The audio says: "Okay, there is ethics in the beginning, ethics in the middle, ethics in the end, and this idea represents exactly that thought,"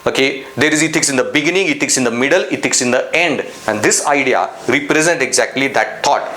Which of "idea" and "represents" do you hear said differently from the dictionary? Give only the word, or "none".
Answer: represents